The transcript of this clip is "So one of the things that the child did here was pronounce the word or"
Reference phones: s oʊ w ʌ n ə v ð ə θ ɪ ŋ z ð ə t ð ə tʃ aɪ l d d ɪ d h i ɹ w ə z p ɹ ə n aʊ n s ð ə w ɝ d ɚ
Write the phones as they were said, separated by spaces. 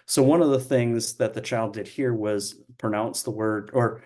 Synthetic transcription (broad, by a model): s oʊ w ʌ n ə v ð ə θ ɪ ŋ z ð ə t ð ə tʃ aɪ l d d ɪ d h i ɹ w ə z p ɹ ə n aʊ n s ð ə w ɝ d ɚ